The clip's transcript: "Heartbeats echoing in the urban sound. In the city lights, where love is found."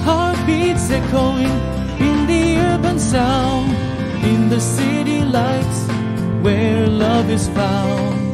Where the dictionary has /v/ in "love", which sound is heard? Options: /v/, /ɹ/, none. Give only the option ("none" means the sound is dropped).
/v/